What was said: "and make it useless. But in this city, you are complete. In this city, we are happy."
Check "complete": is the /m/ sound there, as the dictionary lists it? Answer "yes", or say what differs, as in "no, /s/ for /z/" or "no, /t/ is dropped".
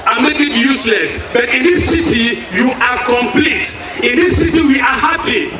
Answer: yes